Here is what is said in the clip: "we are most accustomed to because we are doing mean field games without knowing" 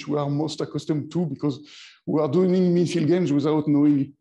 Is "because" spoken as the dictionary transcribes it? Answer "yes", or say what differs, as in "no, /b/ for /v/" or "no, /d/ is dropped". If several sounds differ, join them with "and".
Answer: yes